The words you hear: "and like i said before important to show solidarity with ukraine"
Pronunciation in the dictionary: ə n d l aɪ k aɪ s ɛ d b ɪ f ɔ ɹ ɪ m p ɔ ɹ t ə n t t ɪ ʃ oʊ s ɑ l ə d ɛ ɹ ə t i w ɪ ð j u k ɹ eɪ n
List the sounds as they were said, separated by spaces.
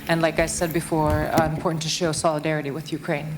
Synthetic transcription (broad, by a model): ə n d l aɪ k aɪ s ɛ d b ɪ f ɔ ɹ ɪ m p ɔ ɹ t n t t ɪ ʃ oʊ s ɑ l ə d ɛ ɹ ə t i w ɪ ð j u k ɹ eɪ n